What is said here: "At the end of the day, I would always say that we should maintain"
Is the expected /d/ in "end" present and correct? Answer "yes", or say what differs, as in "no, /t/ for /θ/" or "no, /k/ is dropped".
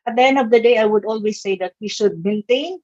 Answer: yes